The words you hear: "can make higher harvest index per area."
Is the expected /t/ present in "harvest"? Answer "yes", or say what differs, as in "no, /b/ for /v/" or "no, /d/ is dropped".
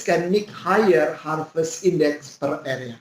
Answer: no, /t/ is dropped